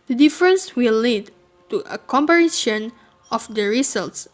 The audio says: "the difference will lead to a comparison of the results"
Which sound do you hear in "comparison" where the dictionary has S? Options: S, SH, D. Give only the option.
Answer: SH